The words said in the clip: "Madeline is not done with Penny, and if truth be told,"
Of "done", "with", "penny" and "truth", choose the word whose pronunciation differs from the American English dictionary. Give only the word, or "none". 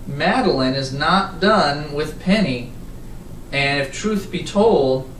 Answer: none